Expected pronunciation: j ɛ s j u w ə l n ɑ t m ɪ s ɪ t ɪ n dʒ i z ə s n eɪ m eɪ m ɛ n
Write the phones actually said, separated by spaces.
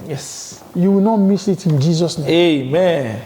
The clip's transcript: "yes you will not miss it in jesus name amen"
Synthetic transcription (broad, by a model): j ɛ s j u w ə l n ɑ t m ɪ s ɪ t ɪ n dʒ i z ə s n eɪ eɪ m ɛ n